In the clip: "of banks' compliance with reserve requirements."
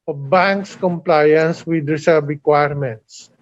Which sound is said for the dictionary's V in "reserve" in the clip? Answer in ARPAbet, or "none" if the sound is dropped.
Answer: B